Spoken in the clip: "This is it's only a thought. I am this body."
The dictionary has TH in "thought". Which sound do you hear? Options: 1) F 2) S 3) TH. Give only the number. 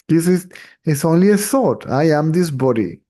2